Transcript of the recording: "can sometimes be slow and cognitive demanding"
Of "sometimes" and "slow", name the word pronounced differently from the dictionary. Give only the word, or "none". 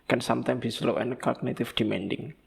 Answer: sometimes